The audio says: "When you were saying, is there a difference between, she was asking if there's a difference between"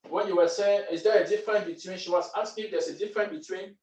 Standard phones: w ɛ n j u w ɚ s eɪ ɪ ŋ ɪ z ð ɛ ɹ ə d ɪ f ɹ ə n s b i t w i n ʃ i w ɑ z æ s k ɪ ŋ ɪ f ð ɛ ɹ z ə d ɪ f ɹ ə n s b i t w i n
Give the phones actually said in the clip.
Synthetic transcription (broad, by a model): w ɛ n j u w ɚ s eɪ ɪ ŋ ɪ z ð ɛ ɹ ə d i f ɹ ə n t b i t w i n ʃ i w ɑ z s ɪ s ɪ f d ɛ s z ə d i f ɹ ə n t b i t w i n